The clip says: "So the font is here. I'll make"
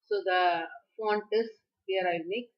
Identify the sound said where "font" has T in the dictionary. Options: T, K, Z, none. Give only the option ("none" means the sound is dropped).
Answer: T